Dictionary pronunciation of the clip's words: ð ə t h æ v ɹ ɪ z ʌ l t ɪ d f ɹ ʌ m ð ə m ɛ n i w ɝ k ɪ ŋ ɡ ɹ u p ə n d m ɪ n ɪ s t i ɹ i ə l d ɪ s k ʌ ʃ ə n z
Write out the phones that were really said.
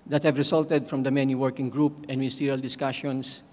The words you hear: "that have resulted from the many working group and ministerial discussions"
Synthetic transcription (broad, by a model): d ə t h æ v ɹ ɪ s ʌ l t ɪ d f ɹ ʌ m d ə m ɛ n i w ɝ k ɪ ŋ ɡ ɹ u p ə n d m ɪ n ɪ s t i ɹ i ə l d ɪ s k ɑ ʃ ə n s